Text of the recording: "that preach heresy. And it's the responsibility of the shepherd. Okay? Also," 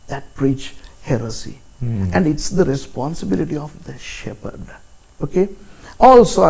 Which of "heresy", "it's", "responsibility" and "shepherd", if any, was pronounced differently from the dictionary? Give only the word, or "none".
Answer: none